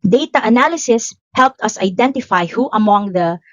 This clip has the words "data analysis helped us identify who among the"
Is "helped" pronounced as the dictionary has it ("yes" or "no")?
yes